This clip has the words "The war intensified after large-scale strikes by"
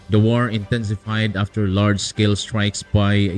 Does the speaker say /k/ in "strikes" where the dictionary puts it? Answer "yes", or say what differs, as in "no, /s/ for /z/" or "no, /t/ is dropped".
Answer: yes